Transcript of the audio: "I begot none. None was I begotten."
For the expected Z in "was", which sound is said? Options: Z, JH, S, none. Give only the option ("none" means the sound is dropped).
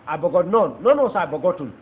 S